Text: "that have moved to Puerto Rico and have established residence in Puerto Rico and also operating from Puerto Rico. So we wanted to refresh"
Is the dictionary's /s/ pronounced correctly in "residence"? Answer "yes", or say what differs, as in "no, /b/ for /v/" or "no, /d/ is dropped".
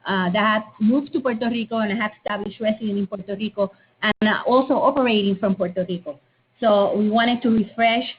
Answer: no, /s/ is dropped